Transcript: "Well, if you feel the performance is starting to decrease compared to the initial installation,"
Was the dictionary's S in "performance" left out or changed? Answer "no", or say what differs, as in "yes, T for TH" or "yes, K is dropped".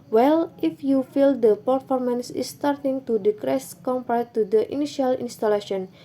no